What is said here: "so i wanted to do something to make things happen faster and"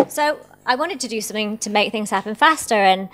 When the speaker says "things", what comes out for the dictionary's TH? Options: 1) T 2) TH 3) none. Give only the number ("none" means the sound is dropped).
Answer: 2